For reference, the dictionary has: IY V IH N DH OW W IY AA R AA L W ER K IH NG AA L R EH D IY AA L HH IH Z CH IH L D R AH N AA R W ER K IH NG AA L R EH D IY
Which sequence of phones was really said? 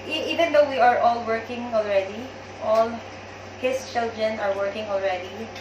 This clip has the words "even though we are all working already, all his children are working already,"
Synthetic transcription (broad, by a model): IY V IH N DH OW W IY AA R AA L W ER K IH NG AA L R EH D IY AA L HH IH S CH IH L D R AH N AA R W ER K IH NG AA L R EH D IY